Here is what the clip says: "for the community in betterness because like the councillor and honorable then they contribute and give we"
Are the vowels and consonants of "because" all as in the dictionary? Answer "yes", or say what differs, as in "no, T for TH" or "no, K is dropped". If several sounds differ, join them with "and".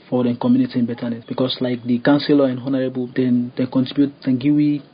no, S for Z